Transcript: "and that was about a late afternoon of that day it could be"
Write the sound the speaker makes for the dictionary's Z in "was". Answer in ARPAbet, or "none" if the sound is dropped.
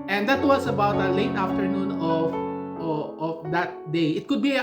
S